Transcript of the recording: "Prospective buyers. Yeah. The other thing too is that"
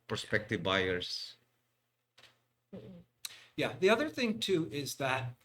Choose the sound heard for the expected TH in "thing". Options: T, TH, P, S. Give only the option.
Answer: TH